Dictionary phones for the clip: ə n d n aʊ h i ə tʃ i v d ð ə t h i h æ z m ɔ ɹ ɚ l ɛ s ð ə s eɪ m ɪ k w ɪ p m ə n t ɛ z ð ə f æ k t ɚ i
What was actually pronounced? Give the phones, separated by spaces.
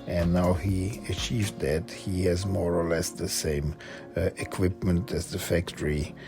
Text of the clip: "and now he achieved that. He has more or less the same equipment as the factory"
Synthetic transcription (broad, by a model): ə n n aʊ h i ə tʃ i v d ð ə t h i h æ z m ɔ ɹ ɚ l ɛ s ð ə s eɪ m ɪ k w ɪ p m ə n t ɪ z ð ə f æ k t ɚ i